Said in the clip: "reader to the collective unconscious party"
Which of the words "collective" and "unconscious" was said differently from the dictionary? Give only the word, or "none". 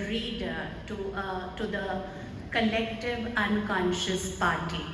none